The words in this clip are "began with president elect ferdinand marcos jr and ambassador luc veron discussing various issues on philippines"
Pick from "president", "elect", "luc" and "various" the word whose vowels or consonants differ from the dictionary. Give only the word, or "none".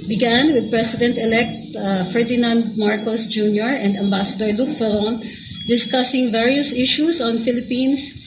president